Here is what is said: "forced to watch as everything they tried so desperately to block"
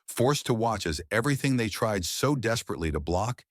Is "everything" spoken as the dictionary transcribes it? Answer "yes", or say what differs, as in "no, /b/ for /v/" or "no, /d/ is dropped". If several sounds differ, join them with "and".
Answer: yes